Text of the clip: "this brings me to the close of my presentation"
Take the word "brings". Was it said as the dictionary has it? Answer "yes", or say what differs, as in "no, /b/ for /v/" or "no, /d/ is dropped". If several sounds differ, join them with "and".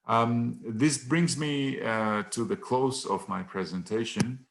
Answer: yes